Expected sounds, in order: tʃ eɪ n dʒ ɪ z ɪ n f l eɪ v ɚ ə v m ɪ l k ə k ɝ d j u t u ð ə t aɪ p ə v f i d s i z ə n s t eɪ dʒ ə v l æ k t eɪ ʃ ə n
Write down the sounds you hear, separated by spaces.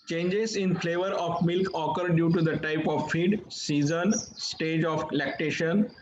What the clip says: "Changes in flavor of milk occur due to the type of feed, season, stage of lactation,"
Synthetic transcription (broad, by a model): tʃ eɪ n dʒ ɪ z ɪ n f l eɪ v ɚ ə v m ɪ l k ə k ɝ d j u t u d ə t aɪ p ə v f i d s i z ə n s t eɪ dʒ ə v l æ k t eɪ ʃ ə n